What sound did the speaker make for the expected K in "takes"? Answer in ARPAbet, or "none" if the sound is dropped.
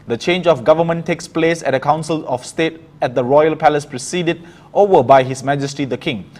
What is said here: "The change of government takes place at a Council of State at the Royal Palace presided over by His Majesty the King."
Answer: K